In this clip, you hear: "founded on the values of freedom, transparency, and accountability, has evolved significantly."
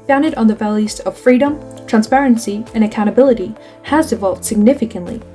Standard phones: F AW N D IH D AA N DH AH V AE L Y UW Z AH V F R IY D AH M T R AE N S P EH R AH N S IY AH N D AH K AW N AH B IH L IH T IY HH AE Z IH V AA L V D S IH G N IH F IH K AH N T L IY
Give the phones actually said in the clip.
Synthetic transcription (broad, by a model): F AW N D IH D N DH AH V AE L Y UW Z AH V F R IY D AH M T R AE N S P EH R AH N S IY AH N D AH K AW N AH B IH L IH T IY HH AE Z IH V AA L V D S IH G N IH F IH K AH N T L IY